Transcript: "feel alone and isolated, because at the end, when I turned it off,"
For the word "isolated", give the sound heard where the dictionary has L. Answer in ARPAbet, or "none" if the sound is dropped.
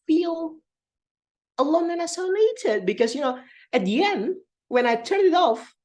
N